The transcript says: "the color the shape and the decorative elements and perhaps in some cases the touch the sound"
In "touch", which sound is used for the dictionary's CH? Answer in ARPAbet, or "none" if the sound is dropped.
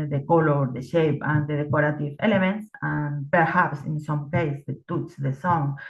S